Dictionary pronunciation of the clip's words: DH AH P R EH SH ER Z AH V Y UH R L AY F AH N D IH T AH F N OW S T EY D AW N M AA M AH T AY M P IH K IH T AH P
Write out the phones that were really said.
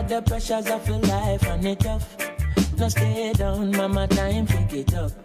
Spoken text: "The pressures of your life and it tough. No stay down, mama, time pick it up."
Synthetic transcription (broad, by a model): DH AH P R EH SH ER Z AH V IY L AY F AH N IH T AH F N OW S T EY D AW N M AA M AH T AY M F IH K IH T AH